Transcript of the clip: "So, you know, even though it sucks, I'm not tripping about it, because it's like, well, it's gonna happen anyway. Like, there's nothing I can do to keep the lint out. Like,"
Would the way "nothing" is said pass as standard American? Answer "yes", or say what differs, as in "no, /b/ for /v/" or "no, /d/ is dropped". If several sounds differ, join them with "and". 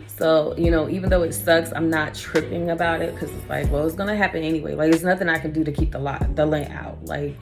yes